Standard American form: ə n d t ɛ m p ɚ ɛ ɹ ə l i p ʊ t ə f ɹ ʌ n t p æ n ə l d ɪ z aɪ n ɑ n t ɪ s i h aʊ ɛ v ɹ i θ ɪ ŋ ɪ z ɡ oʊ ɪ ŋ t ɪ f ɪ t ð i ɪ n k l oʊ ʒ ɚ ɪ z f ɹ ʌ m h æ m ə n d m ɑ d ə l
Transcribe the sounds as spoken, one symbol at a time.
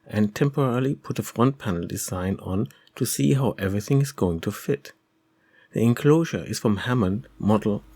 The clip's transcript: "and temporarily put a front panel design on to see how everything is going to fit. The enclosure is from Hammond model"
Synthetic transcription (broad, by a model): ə n t ɛ m p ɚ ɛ ɹ l i p ʊ t ə f ɹ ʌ n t p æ n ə l d ɪ z aɪ n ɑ n t ɪ s i h aʊ ɛ v ɹ i θ ɪ ŋ ɪ z ɡ oʊ ɪ ŋ t ɪ f ɪ t ð i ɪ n k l oʊ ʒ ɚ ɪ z f ɹ ʌ m h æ m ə n m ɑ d l